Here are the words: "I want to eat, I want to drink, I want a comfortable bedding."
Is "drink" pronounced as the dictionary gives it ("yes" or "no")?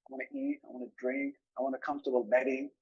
yes